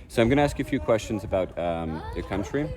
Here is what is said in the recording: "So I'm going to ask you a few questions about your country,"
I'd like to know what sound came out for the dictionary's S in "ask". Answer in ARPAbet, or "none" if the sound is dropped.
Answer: S